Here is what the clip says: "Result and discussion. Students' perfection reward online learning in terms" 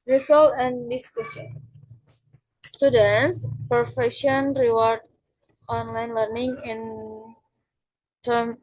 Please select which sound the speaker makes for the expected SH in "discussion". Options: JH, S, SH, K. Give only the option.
S